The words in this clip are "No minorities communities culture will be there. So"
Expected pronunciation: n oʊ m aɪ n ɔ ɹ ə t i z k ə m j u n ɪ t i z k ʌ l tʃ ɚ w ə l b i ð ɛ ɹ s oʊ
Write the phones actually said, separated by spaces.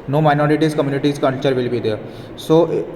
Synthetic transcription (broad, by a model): n oʊ m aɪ n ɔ ɹ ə t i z k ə m j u n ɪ t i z k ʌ n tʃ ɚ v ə l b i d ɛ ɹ s oʊ